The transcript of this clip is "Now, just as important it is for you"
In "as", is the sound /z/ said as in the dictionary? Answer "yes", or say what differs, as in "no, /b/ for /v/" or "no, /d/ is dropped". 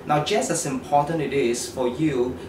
no, /s/ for /z/